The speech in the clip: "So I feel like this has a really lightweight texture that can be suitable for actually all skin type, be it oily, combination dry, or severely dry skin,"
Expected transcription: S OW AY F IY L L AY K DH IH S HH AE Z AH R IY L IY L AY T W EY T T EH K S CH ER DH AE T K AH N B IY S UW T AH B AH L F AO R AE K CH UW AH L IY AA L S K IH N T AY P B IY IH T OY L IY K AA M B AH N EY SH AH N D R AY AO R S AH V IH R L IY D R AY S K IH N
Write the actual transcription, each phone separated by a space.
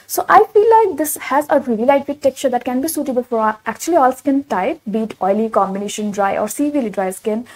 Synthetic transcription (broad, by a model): S OW AY F IY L L AY K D IH S HH AE Z AH R IY L IY L AY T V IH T T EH K CH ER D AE T K AH N B IY S UW T AH B AH L F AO R AE K CH UW AH L IY AA L S K IH N T AY P B IY T OY L IY K AA M B AH N EY SH AH N D R AY AO R S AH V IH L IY D R AY S K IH N